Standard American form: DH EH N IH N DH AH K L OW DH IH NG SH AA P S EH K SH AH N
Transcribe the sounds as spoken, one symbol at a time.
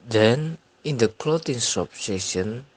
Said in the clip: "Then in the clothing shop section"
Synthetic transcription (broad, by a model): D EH N IH N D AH K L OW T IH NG S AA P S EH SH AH N